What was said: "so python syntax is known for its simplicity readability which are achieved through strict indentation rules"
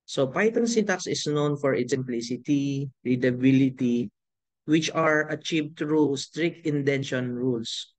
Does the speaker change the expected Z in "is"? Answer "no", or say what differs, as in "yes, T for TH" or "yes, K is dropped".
yes, S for Z